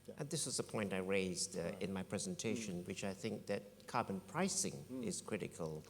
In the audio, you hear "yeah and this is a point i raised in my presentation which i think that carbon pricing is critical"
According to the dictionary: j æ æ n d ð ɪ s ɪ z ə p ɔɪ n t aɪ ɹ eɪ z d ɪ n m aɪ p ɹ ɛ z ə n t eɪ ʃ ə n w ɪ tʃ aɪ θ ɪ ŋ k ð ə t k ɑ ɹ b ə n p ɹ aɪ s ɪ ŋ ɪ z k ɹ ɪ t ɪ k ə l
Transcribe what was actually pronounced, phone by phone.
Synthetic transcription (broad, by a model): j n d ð ɪ s ɪ z ə p ɔɪ n t aɪ ɹ eɪ z d ɪ n m aɪ p ɹ ɛ z ə n t eɪ ʃ ə n w ɪ tʃ aɪ θ ɪ ŋ k ð ə t k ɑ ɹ b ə n p ɹ aɪ s ɪ ŋ ɪ z k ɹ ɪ t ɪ k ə l